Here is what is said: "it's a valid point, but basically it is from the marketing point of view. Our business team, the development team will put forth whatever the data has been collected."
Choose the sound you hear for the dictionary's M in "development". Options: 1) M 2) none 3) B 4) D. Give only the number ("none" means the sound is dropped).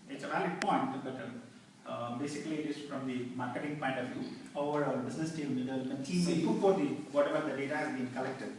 2